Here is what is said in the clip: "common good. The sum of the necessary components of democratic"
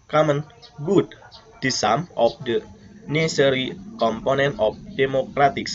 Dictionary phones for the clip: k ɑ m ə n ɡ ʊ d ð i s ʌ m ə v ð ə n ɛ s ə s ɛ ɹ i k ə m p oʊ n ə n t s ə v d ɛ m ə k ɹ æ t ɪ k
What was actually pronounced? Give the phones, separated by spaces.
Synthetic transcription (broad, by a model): k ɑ m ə n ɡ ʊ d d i s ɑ m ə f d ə n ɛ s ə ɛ ɹ i k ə m p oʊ n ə n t ə f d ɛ m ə k ɹ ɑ t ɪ k